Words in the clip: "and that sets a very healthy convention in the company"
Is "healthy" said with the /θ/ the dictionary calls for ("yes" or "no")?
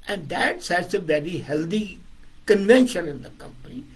no